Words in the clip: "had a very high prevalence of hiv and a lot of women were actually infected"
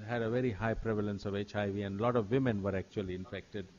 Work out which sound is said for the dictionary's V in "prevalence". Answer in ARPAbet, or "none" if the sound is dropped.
V